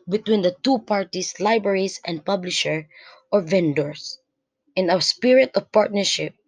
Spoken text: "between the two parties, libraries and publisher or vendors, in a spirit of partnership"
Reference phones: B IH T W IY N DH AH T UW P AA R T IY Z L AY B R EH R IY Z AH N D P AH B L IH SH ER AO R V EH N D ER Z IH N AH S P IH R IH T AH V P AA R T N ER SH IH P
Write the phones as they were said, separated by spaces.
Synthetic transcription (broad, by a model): B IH T W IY N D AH T UW P AA R T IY S L AY B R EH R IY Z AH N D P AH B L IH SH ER AO R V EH N D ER S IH N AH S P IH R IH T AH V P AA R T N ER SH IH P